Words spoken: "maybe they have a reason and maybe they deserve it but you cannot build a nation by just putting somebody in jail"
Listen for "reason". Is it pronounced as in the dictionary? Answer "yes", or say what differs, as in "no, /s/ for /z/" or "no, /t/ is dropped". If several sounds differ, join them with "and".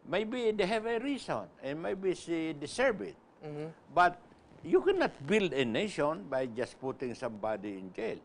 no, /s/ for /z/